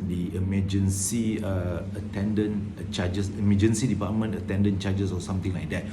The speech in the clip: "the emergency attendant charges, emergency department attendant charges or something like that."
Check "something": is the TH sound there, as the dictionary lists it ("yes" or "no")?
no